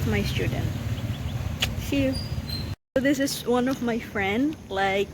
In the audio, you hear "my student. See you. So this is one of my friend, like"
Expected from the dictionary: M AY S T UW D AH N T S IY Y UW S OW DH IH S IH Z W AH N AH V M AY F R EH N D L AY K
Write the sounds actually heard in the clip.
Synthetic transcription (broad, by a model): M AY S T UW D N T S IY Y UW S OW DH IH S IH Z W AH N AH V M AY F R EH N D L AY K